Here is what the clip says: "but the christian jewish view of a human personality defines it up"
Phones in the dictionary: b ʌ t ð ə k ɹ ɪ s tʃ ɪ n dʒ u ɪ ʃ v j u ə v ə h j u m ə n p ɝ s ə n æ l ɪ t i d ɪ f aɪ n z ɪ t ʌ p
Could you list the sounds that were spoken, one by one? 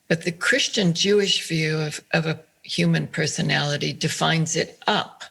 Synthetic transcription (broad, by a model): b ʌ t ð ə k ɹ ɪ s tʃ ɪ n dʒ u ɪ ʃ v j u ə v ə h j u m ə n p ɝ s ə n æ l ɪ t i d ɪ f aɪ n z ɪ t ʌ p